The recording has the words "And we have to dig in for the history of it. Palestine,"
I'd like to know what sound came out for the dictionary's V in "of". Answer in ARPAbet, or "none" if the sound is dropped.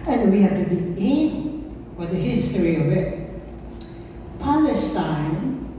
V